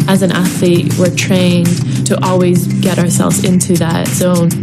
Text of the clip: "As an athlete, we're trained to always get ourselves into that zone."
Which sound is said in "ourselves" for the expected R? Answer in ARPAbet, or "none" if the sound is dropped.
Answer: R